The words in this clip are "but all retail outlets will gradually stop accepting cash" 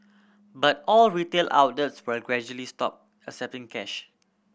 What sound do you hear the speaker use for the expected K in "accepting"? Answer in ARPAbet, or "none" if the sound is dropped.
none